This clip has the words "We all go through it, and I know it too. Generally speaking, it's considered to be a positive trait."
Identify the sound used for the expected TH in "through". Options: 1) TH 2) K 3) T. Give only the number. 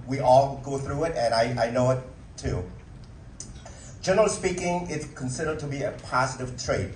1